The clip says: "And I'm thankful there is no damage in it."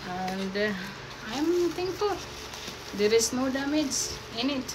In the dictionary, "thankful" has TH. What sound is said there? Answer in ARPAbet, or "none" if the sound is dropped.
T